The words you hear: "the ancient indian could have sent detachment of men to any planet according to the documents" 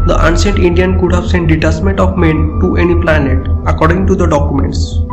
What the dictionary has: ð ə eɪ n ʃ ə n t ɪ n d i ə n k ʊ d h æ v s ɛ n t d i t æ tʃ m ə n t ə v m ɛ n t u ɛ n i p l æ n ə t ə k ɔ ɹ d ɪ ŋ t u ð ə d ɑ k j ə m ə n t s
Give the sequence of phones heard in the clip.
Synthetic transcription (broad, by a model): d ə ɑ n s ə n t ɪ n d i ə n k ʊ d h æ v s ɛ n t d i t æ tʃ m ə n t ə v m ɛ n t u ɛ n i p l æ n ə t ə k ɔ ɹ d ɪ ŋ t u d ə d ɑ k j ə m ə n t s